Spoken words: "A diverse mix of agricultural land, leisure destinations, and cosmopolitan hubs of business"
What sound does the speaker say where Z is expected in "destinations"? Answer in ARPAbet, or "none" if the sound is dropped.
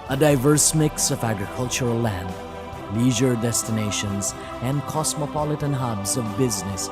Z